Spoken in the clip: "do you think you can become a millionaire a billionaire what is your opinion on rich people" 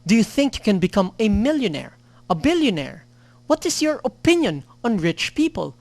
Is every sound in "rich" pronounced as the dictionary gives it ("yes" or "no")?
yes